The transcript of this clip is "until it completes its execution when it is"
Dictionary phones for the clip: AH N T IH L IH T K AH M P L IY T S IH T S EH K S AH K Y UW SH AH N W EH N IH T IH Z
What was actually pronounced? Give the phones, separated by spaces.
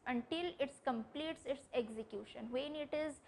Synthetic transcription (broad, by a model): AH N T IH L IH T K AH M P L IY T S IH T S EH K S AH K Y UW SH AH N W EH N IH T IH Z